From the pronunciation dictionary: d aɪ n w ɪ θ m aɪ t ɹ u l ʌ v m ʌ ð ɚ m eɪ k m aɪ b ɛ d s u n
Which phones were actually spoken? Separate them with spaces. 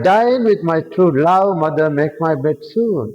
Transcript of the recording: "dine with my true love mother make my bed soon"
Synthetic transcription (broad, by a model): d aɪ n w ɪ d m aɪ t ɹ u l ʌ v m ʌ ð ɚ m eɪ k m aɪ b ɛ d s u n